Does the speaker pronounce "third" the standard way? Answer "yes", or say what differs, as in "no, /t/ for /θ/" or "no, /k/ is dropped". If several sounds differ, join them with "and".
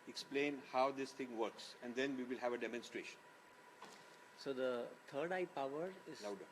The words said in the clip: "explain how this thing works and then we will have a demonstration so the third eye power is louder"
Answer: no, /t/ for /θ/